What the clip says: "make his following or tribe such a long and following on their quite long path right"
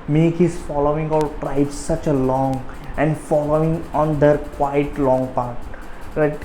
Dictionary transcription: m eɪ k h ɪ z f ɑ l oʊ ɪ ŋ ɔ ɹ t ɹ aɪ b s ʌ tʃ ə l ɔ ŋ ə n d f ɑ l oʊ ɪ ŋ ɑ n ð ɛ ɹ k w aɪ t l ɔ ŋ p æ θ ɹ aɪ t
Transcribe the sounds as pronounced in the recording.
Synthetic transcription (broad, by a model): m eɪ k h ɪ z f ɑ l oʊ ɪ ŋ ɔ l t ɹ aɪ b s ʌ tʃ ə l ɔ ŋ ə n d f ɑ l oʊ ɪ ŋ ɑ n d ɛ ɹ k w aɪ t l ɔ ŋ p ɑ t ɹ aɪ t